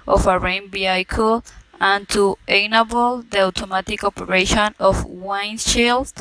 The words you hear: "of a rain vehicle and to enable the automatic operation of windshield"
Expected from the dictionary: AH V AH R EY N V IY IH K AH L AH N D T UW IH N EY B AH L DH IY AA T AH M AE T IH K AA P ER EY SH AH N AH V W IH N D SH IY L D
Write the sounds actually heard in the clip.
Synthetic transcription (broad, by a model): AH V AH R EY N B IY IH K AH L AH N T UW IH N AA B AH L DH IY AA T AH M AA T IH K AA P ER EY SH AH N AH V W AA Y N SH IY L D